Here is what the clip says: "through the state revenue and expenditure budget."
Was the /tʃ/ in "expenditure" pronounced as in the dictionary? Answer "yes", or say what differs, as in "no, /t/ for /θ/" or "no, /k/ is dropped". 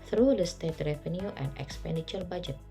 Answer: yes